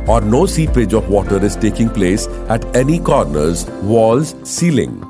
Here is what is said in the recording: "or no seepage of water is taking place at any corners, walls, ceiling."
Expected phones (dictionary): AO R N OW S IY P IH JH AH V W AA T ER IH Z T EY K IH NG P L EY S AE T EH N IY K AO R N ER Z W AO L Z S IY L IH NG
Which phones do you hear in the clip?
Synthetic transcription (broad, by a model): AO R N OW S IY P IH JH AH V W AA T ER IH Z T EY K IH NG P L EY S AE T EH N IY K AO R N ER Z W AO L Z S IY L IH NG